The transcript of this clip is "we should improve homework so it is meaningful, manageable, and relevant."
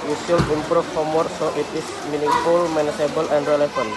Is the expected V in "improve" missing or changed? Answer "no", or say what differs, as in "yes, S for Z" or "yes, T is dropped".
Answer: yes, F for V